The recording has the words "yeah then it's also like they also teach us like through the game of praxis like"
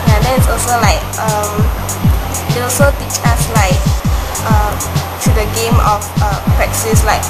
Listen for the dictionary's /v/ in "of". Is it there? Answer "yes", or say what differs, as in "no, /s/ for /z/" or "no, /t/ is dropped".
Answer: no, /f/ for /v/